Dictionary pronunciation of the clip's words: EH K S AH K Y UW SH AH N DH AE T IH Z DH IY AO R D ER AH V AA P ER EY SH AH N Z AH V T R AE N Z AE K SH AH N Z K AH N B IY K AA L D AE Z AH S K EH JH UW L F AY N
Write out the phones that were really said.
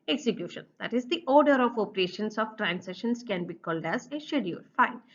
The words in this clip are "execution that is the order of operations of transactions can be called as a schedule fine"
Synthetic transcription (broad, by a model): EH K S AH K Y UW SH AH N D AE T IH Z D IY AO R D ER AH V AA P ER EY SH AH N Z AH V T R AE N S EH SH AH N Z K AH N B IY K AA L D AE Z AH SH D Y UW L F AY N